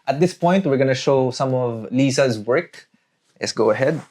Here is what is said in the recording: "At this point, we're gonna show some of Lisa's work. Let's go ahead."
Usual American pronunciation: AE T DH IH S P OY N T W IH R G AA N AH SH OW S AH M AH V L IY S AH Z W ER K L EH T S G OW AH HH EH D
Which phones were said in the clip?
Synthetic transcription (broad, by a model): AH T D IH S P OY N T W IH R G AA N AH SH OW S AH M AH V L IY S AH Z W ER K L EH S G OW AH HH EH D